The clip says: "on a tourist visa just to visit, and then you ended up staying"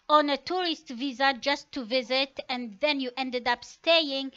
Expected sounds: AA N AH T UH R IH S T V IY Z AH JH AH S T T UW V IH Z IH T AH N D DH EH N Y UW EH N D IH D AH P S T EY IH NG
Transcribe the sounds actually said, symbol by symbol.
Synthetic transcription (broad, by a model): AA N AH T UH R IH S T V IY Z AH JH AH S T T UW V IH Z IH T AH N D DH EH N Y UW EH N D IH D AH P S T EY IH NG